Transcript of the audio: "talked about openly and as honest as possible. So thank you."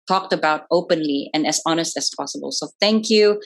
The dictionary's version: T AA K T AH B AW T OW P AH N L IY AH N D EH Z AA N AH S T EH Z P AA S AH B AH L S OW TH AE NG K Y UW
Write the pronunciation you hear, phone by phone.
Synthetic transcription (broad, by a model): T AA K T AH B AW T OW P AH N L IY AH N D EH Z AA N AH S T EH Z P AA S AH B AH L S OW TH AE NG K Y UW